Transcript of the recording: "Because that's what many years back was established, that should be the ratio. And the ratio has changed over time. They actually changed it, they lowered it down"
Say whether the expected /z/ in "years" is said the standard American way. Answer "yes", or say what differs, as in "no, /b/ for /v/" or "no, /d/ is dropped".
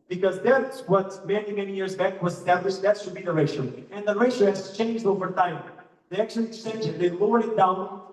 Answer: yes